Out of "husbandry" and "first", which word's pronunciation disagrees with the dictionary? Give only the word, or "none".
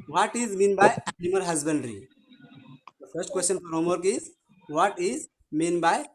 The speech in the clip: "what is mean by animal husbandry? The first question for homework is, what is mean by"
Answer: none